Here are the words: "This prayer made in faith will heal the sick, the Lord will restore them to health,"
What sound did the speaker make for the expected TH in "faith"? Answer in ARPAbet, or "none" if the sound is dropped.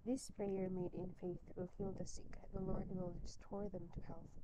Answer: TH